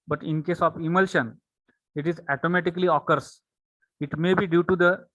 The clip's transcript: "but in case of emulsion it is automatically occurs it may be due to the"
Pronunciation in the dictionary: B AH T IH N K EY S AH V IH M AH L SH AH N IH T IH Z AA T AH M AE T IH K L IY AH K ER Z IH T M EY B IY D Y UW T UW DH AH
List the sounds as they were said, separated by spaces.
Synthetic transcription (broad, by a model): B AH T IH N K EY S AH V IH M AH L SH AH N IH T IH Z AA T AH M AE T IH K L IY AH K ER S IH T M EY B IY D Y UW T UW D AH